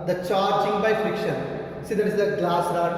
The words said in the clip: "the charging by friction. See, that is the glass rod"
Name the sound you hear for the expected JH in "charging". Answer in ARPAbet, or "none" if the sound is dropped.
CH